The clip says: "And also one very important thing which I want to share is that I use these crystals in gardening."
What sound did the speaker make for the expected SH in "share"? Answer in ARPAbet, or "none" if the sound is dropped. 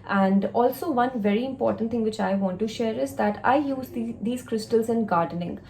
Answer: SH